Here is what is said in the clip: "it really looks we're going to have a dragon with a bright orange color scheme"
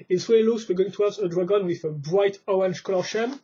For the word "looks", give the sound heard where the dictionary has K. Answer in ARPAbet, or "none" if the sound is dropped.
none